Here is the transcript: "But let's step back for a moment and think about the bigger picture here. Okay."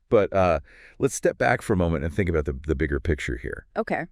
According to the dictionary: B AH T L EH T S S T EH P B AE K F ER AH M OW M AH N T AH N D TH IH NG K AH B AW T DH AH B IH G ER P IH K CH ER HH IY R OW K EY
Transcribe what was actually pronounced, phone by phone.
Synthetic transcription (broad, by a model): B AH T L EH T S S T EH P B AE K F ER AH M OW M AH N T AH N TH IH NG K AH B AW T DH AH B IH G ER P IH K CH ER HH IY R OW K EY